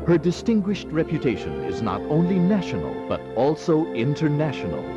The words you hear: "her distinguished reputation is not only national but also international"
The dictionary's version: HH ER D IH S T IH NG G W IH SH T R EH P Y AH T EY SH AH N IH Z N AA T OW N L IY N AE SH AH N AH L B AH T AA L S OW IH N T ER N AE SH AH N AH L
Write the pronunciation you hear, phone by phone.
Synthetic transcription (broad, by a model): HH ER D IH S T IH NG G W IH SH T R EH P Y AH T EY SH AH N IH Z N AA T OW N L IY N AE SH AH N AH L B AH T AA L S OW IH N T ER N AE SH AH N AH L